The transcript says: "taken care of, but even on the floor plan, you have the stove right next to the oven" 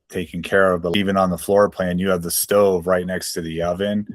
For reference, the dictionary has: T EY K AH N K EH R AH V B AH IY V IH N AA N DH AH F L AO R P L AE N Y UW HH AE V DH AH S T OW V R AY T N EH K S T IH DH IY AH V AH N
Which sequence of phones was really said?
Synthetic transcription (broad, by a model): T EY K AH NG K EH R AH V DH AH IY V IH N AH N DH AH F L AO R P L AE N Y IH V DH AH S T OW V R AY T N EH K S T IH DH IY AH V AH N